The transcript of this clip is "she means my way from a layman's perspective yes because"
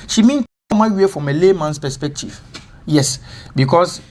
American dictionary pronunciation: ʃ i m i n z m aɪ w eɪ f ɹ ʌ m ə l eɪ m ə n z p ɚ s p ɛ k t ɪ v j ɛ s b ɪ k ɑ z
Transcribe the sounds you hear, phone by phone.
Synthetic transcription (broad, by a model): ʃ i m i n m aɪ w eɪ f ɹ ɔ m ə l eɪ m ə n s p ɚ s p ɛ k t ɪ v j ɛ s b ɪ k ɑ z